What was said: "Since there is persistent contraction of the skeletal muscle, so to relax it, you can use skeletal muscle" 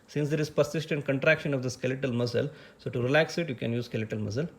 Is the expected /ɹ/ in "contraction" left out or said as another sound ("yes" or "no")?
no